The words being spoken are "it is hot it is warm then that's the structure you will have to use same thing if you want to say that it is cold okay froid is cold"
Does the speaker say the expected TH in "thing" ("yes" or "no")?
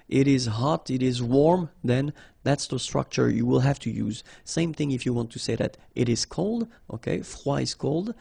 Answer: yes